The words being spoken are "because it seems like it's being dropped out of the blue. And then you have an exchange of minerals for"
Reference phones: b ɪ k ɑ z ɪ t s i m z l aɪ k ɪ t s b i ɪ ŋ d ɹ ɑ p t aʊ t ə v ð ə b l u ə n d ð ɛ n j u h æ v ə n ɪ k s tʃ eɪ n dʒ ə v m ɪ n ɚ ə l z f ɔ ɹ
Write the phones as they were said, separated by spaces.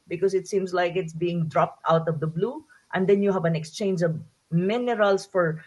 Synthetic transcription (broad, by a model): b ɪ k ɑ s ɪ t s i m s l aɪ k ɪ t s b i ɪ ŋ d ɹ ɑ p t aʊ t ə v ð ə b l u ə n d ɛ n j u h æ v ə n ɪ k s tʃ eɪ n dʒ ə v m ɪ n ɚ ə l s f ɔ ɹ